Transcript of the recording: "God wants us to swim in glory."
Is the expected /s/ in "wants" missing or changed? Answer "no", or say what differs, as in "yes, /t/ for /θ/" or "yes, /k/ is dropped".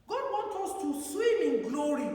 yes, /s/ is dropped